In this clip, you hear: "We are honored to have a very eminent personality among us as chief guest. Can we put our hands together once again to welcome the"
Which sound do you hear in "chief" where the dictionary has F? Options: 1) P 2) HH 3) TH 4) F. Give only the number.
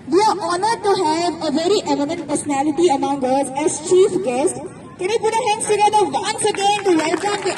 4